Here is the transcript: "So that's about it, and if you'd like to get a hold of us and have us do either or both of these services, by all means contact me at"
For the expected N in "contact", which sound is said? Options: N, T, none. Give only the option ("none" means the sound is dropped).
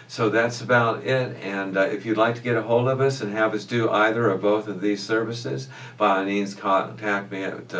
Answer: none